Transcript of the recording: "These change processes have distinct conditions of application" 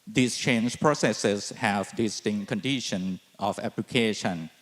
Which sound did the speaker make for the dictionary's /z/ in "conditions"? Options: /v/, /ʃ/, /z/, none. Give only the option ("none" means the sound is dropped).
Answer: none